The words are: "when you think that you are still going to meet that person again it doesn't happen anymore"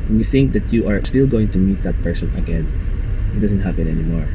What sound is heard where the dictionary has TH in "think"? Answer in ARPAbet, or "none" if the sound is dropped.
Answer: TH